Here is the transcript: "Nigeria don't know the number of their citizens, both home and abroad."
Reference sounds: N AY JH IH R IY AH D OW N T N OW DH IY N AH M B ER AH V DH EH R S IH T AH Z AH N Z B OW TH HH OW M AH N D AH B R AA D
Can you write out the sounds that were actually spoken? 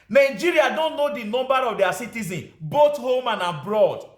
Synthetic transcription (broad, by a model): N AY JH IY R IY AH D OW N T N OW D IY N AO M B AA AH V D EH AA S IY T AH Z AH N B OW T HH OW M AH N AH B R AA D